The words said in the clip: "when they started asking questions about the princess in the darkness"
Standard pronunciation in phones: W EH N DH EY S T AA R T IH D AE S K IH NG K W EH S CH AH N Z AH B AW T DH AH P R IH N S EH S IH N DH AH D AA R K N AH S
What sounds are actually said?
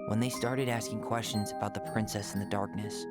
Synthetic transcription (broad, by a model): W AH N DH EY S T AA R T IH D AE S K IH NG K W EH S CH AH N Z AH B AW T DH AH P R IH N S EH S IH N DH AH D AA R K N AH S